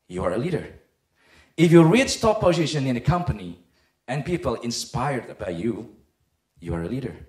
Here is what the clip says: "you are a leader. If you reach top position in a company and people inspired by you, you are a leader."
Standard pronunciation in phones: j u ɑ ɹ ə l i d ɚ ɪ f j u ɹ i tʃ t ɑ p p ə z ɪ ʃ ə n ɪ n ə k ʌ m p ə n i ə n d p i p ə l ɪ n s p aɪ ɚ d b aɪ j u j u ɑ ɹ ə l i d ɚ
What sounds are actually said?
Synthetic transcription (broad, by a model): j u ɑ ɹ ə l i d ɚ ɪ f j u ɹ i s t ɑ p p ə z ɪ ʃ ə n ɪ n ə k ʌ m p ə n i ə n p i p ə l ɪ n s p aɪ ɚ d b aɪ j u j u ɑ ɹ ə l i d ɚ